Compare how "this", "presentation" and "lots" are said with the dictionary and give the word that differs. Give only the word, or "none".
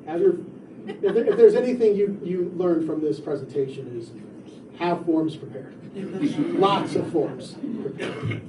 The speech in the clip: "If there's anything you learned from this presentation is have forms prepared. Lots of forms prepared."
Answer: none